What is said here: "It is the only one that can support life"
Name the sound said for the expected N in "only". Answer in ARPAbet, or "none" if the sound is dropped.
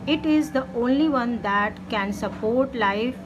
N